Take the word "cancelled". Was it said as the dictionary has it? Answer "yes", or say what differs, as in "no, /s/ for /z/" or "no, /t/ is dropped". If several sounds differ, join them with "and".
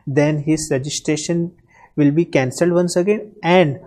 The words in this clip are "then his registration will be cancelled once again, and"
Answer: yes